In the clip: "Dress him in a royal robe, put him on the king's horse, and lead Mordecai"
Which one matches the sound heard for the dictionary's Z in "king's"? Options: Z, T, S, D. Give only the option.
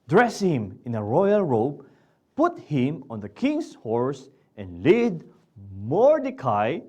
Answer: S